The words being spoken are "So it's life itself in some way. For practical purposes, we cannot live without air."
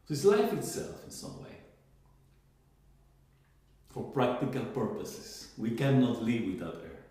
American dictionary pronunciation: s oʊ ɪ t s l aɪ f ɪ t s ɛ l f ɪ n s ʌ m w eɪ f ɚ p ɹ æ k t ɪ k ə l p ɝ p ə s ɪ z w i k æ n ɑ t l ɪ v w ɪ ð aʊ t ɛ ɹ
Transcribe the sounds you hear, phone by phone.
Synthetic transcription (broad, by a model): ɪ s l aɪ f ɪ t s ɛ l f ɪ n s ʌ m w eɪ f ɚ p ɹ æ k t ɪ k ə l p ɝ p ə s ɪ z w i k æ n ɑ t l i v w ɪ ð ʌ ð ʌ ɹ